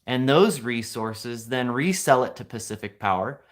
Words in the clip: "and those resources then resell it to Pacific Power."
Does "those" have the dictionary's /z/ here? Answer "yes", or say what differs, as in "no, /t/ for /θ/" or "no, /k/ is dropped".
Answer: yes